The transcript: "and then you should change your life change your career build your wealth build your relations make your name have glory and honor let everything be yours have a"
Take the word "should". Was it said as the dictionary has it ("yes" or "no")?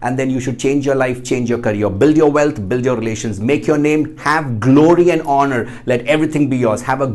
yes